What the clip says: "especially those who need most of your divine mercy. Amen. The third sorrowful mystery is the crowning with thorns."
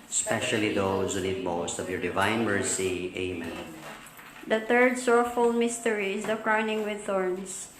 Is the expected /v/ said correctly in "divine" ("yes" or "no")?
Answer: yes